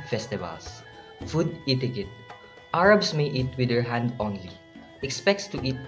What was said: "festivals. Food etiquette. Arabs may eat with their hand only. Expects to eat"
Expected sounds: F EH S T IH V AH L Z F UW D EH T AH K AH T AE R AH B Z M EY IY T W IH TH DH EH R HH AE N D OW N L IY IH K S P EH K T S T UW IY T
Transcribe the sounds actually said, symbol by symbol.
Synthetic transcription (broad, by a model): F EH S T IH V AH L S F UW D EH T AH K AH T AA R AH B S M EY IY T W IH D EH R HH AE N D OW N L IY IH K S P EH K T S T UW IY T